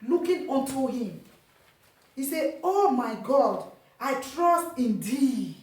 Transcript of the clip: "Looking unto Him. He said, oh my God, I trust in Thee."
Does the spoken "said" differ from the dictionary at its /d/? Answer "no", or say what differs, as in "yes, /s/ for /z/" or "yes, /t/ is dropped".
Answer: yes, /d/ is dropped